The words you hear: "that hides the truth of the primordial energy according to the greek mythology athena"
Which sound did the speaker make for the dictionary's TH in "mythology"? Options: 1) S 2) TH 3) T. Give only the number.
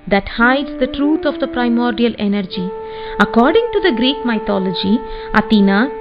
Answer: 3